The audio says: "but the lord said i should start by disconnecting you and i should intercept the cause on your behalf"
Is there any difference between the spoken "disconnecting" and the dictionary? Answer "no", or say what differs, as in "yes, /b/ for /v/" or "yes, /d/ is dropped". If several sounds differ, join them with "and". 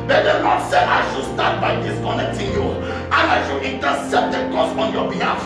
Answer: no